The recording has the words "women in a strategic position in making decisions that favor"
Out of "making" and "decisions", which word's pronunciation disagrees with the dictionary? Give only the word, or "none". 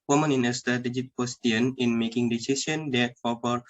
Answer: decisions